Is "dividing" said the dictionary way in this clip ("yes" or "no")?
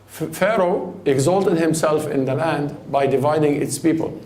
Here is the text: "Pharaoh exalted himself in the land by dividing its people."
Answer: yes